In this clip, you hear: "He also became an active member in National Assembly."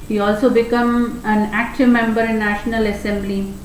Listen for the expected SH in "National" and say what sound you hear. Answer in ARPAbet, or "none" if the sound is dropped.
SH